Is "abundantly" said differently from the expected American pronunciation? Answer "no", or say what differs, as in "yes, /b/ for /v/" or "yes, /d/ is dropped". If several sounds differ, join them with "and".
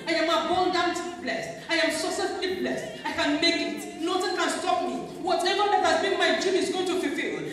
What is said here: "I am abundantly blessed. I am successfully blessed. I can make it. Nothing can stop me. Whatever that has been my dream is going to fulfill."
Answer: yes, /l/ is dropped